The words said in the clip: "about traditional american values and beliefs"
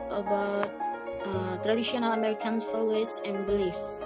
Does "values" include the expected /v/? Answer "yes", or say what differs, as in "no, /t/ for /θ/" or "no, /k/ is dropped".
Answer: no, /f/ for /v/